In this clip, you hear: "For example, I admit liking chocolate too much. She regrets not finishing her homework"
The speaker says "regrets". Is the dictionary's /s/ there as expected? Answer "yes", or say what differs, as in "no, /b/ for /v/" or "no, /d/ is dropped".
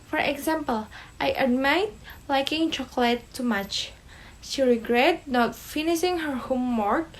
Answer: no, /s/ is dropped